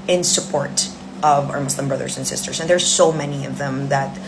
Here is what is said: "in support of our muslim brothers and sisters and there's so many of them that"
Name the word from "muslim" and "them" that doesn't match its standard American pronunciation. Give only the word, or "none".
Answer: muslim